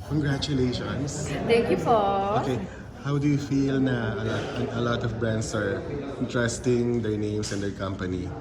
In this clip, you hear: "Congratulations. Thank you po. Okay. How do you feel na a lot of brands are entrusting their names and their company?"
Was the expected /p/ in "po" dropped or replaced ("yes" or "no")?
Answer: yes